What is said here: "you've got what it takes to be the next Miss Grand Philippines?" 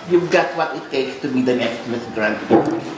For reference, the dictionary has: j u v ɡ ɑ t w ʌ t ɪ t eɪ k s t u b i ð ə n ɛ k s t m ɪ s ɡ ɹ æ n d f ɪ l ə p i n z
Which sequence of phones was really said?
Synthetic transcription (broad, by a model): j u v ɡ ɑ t w ʌ t ɪ t eɪ k s t u b i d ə n ɛ k s t m ɪ s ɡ ɹ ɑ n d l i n